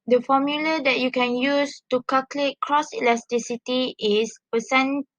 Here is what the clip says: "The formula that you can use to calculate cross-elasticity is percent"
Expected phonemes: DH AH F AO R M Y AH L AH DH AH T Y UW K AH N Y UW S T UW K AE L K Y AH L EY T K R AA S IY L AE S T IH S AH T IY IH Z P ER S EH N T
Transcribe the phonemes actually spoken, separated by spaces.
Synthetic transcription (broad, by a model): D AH F AO M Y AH L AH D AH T Y UW K AH N Y UW S T UW K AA K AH L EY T K R AA S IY L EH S T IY S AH T IY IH S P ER S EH N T